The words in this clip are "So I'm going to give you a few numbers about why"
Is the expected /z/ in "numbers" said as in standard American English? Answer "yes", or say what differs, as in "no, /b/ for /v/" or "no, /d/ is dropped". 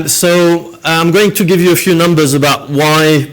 yes